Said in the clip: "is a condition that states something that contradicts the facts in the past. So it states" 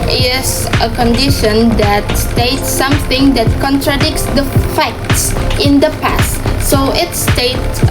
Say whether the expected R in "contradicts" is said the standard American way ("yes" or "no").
yes